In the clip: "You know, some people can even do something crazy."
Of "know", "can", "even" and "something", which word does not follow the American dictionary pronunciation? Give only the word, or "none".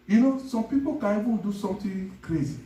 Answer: something